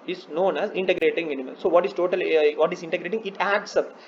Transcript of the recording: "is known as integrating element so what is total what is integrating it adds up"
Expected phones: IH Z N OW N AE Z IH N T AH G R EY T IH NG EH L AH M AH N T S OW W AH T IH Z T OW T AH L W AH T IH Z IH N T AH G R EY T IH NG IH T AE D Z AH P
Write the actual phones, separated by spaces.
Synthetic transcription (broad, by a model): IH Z N OW N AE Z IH N T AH G R EY T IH NG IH N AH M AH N S OW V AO T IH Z T OW T AH L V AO T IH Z IH N T AH G R EY T IH NG IH T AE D S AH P